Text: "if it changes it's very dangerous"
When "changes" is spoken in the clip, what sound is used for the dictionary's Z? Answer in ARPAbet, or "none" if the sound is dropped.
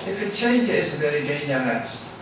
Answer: none